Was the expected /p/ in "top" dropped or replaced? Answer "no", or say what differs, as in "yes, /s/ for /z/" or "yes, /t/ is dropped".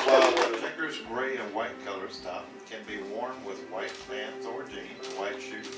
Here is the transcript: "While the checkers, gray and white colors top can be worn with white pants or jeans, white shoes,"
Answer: yes, /f/ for /p/